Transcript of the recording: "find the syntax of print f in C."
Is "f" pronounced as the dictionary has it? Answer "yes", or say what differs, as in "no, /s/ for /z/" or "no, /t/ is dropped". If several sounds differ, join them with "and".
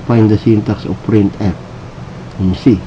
no, /p/ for /f/